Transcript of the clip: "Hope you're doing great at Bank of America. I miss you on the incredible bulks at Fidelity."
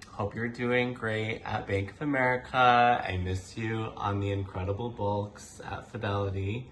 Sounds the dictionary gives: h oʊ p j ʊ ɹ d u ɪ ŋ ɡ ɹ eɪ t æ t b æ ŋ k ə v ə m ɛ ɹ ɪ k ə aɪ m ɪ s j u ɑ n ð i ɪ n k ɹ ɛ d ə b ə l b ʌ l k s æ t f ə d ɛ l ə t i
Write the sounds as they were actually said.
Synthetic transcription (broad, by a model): h oʊ p j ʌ ɹ d u ɪ ŋ ɡ ɹ eɪ t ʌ t b æ ŋ k ə v ə m ɛ ɹ ɪ k ə aɪ m ɪ s j u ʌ n ð i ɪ n k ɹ ɛ d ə b l b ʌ l k s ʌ t f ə d ɛ l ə t i